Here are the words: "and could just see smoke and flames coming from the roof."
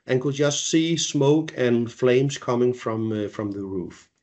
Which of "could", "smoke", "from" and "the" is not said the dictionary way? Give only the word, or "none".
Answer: none